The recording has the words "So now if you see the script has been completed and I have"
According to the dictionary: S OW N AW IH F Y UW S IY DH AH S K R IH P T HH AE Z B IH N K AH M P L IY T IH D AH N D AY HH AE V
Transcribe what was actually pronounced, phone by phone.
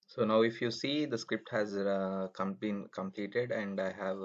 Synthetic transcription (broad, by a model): S OW N AW IH F Y UW S IY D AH S K R IH P T HH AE Z B IH N K AH M P L IY T IH D AH N D AY HH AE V